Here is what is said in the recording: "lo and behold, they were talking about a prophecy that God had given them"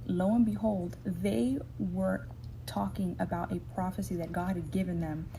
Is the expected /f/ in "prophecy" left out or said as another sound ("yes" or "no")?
no